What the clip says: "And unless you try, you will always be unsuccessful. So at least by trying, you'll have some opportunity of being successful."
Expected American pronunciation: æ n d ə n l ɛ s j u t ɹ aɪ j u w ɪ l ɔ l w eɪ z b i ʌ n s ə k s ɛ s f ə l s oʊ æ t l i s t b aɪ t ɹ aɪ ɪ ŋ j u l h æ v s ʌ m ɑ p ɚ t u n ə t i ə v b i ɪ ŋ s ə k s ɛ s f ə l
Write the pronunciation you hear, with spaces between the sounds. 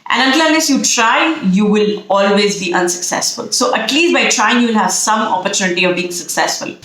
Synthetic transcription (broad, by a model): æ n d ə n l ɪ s j u t ɹ aɪ j u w ɪ l ɔ l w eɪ z b i ʌ n s ə k s ɛ s f ə l s oʊ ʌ t l i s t b aɪ t ɹ aɪ ɪ ŋ j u l h æ v s ʌ m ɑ p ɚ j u n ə t i ə v b i ɪ ŋ s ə k s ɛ s f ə l